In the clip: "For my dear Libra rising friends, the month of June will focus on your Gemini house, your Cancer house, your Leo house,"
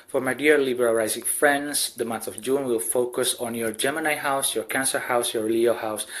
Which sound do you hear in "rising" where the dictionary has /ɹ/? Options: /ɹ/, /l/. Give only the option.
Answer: /l/